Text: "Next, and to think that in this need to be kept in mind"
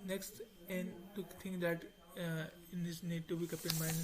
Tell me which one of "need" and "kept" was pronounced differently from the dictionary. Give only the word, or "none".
kept